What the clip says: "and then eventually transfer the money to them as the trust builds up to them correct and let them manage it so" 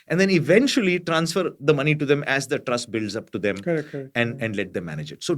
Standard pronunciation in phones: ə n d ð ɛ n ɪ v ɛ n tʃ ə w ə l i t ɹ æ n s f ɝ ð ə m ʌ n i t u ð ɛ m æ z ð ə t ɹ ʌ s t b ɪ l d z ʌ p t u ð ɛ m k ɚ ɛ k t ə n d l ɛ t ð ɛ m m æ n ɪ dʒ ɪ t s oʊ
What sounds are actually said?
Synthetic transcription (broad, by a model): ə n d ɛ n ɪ v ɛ n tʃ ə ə l i t ɹ æ n s f ɝ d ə m ʌ n i t u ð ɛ m æ z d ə t ɹ ʌ s t b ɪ l d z ʌ p t u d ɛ m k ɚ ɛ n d ə n d l ɛ t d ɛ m m æ n ɪ dʒ ɪ t s oʊ